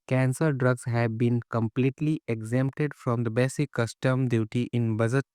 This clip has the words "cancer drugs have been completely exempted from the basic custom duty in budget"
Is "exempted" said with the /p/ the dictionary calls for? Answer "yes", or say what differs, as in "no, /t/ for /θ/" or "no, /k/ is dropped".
yes